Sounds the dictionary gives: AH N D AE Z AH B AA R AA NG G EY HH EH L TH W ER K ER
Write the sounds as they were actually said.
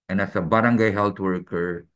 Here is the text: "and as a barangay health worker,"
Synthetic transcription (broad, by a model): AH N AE S AH B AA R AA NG G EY HH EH L T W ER K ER